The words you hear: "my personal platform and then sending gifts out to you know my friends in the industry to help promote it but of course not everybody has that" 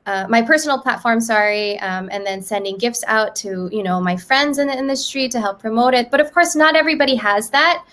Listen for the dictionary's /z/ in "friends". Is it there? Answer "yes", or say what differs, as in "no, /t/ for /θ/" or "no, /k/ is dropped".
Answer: yes